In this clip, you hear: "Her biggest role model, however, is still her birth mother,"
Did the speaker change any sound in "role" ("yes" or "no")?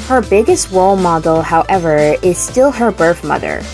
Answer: yes